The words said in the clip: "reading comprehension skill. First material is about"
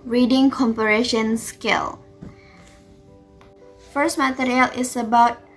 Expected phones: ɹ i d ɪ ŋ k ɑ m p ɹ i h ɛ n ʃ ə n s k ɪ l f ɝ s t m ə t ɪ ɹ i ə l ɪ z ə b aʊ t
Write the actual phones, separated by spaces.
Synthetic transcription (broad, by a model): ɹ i d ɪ ŋ k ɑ m p i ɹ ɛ ʃ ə n s k ɪ l f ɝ s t m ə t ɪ ɹ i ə l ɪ s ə b aʊ t